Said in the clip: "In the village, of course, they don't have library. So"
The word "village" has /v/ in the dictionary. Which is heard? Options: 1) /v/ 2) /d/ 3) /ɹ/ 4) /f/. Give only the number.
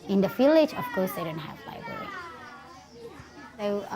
4